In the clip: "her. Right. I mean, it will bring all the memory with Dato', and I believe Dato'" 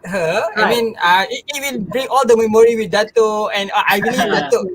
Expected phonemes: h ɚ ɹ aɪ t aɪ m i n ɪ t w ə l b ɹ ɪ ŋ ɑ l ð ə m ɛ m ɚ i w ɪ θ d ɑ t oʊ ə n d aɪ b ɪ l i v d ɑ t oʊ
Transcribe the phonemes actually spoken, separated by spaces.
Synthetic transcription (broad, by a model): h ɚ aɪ aɪ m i n ɪ t w ə l b ɹ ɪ ŋ ɑ l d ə m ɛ m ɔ i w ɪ d ɑ t oʊ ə n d aɪ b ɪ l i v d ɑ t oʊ